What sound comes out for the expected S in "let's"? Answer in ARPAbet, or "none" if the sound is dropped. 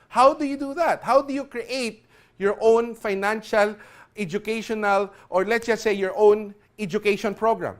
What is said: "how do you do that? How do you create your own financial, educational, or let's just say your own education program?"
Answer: none